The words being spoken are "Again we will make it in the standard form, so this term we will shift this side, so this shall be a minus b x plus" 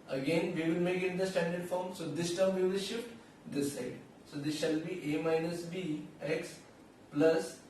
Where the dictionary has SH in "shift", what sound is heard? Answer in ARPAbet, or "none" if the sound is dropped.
SH